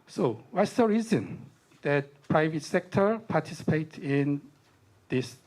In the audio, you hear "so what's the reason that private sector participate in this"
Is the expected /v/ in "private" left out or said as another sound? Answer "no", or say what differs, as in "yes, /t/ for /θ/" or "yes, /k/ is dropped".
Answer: no